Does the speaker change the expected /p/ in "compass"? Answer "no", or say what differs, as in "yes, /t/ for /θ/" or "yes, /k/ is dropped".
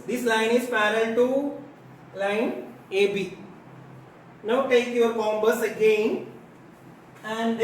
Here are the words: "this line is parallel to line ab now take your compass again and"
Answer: yes, /b/ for /p/